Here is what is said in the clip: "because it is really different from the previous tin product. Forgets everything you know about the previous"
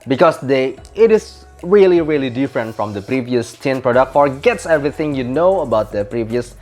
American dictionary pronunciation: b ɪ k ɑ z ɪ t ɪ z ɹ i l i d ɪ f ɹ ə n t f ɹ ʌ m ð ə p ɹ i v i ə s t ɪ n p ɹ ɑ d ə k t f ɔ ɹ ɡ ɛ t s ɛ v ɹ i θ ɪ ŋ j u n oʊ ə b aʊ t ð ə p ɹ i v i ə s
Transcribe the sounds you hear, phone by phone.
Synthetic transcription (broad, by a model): b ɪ k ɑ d ɪ t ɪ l ɹ i l i d ɪ f ɹ ə n t f ɹ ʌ m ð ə p ɹ i v i ə s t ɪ n p ɹ ɑ d ə k t f ɔ ɹ ɡ ɛ t s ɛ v ɹ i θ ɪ ŋ j u n oʊ ə b aʊ t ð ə p ɹ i v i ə s